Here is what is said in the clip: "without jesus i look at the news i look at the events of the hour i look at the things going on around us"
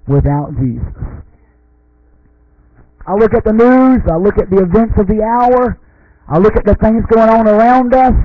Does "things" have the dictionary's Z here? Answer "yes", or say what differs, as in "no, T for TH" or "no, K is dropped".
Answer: yes